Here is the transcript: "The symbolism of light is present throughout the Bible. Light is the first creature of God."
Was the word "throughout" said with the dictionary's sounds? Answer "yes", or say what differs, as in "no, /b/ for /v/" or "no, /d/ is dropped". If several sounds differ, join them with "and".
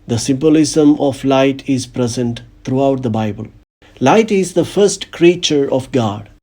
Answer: no, /t/ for /θ/